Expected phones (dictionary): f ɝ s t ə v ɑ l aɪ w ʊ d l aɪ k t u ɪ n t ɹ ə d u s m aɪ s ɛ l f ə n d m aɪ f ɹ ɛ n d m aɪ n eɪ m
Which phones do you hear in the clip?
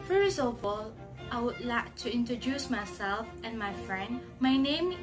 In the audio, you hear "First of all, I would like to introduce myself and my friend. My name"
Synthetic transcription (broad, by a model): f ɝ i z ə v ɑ l aɪ w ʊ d l aɪ k t u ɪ n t ɹ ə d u s m aɪ s ɛ l f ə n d m aɪ f ɹ ɛ n d m aɪ n eɪ m